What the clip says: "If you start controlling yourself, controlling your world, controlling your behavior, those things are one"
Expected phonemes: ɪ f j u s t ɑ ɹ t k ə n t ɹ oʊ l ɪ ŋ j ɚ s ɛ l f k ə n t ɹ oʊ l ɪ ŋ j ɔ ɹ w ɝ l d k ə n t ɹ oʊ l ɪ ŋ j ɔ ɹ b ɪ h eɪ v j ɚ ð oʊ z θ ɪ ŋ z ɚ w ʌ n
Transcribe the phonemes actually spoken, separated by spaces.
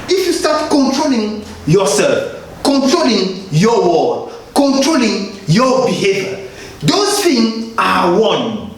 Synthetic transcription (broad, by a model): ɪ f j u s t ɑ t k ə n t ɹ oʊ l ɪ ŋ j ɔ s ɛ l f k ə n t ɹ oʊ l ɪ ŋ j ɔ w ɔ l k ə n t ɹ oʊ l ɪ ŋ j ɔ b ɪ h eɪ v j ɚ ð oʊ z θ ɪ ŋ ɑ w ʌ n